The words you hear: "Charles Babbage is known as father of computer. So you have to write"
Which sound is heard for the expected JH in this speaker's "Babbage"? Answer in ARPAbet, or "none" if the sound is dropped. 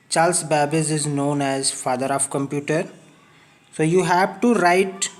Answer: Z